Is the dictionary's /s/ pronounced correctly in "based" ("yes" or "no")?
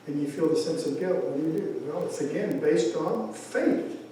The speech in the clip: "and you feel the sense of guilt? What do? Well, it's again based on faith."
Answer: yes